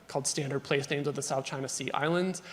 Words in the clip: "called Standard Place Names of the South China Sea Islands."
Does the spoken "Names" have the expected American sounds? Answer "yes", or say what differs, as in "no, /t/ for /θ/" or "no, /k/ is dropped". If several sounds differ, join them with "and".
yes